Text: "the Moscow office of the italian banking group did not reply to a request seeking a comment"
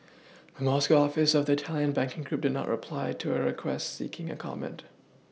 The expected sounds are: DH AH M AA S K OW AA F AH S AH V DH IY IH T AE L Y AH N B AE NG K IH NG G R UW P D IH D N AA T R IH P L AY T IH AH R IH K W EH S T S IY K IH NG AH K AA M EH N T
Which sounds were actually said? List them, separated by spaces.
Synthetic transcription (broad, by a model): DH AH M AA S K OW AA F AH S AH V DH IY IH T AE L Y AH N B AE NG K IH NG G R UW P D IH D N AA T R IH P L AY T IH AH R IH K W EH S T S IY K IH NG AH K AA M EH N T